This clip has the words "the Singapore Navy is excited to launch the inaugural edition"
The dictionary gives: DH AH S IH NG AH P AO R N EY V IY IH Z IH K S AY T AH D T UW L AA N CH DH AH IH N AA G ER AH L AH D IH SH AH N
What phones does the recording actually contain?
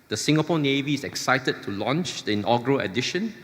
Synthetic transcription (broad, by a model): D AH S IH NG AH P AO N EY V IY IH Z IH K S AY T AH D T UW L AA N CH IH N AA G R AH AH D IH SH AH N